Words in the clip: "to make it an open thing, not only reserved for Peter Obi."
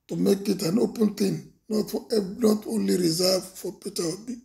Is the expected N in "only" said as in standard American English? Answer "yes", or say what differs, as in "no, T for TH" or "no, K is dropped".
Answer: yes